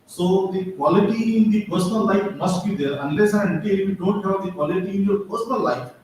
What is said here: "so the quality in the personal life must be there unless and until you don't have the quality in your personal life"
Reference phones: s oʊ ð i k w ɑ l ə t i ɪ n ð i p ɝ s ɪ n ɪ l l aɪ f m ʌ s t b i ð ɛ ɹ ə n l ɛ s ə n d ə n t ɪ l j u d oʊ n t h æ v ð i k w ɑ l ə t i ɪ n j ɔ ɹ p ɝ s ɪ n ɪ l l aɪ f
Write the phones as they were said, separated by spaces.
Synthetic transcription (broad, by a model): s oʊ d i k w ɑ l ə t i ɪ n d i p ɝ s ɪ n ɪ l l aɪ f m ʌ s t b i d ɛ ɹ ə n l ɛ s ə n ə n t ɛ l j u d oʊ n t h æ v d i k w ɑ l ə t i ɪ n j ɔ ɹ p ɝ s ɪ n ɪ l l aɪ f